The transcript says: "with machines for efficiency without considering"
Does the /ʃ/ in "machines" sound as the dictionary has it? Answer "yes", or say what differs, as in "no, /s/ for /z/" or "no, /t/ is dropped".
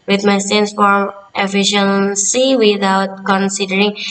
no, /s/ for /ʃ/